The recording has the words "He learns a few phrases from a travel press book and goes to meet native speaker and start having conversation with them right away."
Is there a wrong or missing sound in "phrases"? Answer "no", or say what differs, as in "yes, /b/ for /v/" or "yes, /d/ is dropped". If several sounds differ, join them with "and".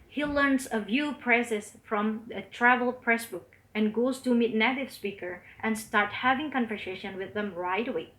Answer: yes, /p/ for /f/